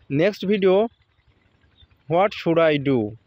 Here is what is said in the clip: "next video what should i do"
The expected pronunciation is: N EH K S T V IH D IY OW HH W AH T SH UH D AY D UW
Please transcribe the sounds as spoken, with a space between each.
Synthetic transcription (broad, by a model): N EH K S T B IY D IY OW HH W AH T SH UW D AY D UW